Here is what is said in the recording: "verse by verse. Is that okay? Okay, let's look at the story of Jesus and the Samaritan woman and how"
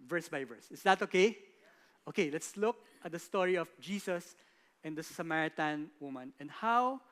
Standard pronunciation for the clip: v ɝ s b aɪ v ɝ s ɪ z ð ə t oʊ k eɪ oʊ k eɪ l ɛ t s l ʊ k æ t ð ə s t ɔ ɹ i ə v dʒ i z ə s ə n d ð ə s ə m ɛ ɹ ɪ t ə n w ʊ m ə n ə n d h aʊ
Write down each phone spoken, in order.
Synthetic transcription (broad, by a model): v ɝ s b aɪ v ɝ s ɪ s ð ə t oʊ k eɪ oʊ k eɪ l ɛ t s l ʊ k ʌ t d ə s t ɔ ɹ i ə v dʒ i s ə s ə n d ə s ə m ɛ ɹ ɪ t ə n w ʊ m ə n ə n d h aʊ